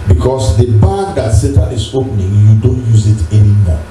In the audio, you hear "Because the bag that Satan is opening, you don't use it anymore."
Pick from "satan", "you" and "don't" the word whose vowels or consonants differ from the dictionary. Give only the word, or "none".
satan